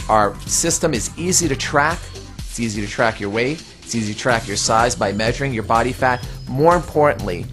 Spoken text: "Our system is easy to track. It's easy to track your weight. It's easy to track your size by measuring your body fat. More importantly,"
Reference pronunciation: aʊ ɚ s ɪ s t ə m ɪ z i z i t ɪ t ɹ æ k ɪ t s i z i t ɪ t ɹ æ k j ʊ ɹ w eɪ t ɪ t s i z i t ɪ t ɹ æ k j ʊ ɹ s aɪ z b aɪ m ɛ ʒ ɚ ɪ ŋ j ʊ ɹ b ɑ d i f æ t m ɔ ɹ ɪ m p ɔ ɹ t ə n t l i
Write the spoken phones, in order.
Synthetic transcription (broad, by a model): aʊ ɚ s ɪ s t ə m ɪ z i z i t ɪ t ɹ æ k ɪ t s i z i t ɪ t ɹ æ k j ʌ ɹ w eɪ ɪ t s i z i t ɪ t ɹ æ k j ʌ ɹ s aɪ z b aɪ m ɛ ʒ ɚ ɪ ŋ j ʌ ɹ b ɑ d i f æ t m ɔ ɹ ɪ m p ɔ ɹ t n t l i